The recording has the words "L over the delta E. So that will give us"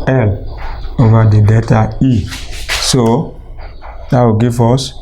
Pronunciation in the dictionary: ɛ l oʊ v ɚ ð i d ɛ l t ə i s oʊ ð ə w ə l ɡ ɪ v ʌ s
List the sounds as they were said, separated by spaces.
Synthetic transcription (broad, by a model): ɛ l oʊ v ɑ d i d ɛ t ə i s oʊ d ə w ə ɡ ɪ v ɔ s